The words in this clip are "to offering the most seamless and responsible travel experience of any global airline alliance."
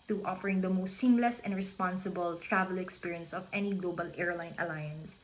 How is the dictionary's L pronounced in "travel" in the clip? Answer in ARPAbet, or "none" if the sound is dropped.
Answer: L